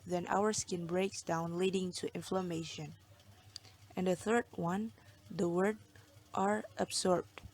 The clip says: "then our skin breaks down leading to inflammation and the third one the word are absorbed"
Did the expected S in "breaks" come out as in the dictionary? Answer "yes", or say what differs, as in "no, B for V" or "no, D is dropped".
yes